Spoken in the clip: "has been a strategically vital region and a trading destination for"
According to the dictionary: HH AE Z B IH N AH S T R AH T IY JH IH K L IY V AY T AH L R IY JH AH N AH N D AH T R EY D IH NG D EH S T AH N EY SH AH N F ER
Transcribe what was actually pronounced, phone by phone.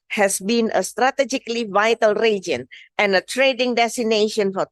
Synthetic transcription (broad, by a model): HH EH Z B IH N AH S T R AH T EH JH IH K L IY V AY T AH L R IY JH AH N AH N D AH T R EY D IH NG D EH S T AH N EY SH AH N F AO